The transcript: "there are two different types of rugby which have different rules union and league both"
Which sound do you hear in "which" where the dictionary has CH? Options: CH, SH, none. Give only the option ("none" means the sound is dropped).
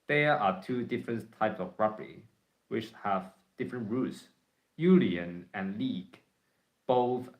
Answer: CH